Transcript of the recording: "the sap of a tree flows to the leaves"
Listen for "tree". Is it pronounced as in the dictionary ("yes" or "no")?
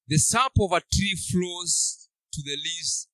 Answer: yes